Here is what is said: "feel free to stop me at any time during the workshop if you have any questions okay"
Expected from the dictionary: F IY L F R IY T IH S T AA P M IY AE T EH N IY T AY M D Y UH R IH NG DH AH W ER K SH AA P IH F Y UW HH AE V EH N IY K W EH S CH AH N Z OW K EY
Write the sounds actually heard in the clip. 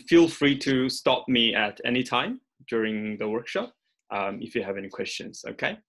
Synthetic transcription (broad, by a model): F IY L F R IY T IH S T AA P M IY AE T EH N IY T AY M D Y UH R IH NG DH AH W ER K SH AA P IH F Y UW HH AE V EH N IY K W EH S CH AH N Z OW K EY